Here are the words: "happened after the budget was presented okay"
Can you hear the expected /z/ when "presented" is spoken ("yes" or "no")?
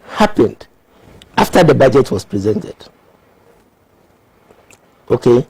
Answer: yes